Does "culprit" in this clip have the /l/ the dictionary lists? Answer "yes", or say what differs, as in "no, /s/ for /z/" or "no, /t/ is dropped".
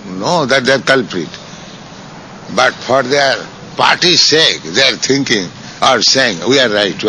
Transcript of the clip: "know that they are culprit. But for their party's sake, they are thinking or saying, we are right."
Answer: yes